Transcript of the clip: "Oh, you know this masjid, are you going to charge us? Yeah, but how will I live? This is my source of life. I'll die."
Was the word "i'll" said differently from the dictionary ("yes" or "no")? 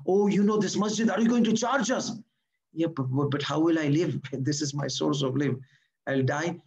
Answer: no